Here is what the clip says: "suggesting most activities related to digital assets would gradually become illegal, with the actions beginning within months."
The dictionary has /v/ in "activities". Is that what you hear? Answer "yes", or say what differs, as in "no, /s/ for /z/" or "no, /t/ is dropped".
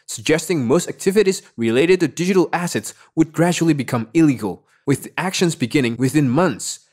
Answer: yes